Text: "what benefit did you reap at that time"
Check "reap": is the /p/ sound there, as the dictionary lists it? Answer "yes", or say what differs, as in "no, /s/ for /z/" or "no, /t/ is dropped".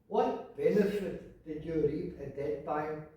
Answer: no, /p/ is dropped